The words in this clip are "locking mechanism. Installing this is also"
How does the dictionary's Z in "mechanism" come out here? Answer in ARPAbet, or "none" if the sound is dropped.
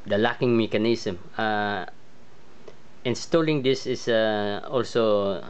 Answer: S